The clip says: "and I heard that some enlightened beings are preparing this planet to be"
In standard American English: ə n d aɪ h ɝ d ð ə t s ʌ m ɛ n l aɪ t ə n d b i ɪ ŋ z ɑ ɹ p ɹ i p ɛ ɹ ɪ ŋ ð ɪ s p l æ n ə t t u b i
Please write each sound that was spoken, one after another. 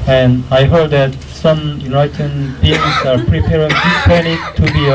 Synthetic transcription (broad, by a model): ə n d aɪ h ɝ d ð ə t s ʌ m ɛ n aɪ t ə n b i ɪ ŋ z ɑ ɹ p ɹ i p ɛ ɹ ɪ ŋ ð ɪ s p æ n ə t t u b i